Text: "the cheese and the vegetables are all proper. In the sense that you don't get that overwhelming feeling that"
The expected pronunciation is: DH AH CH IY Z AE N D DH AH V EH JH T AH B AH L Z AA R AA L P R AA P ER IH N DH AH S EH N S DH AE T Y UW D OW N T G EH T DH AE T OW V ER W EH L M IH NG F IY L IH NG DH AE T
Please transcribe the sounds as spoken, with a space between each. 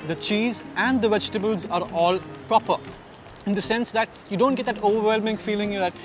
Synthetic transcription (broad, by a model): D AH CH IY Z AE N D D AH V EH JH T AH B AH L Z AA R AA L P R AA P ER IH N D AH S EH N S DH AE T Y UW D OW N T G EH T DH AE T OW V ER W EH L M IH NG F IY L IH NG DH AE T